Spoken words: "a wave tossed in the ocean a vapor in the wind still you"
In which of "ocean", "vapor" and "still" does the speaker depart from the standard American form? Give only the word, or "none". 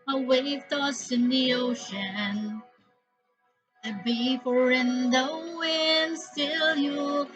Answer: vapor